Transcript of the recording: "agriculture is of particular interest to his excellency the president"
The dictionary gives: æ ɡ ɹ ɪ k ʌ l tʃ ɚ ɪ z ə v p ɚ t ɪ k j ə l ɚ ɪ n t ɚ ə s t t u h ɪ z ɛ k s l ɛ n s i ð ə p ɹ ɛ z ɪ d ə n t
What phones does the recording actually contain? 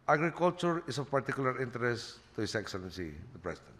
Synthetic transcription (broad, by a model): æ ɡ ɹ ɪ k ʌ l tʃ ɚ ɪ s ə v p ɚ t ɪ k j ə l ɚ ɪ n t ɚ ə s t t u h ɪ s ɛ k s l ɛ n s i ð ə p ɹ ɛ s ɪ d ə n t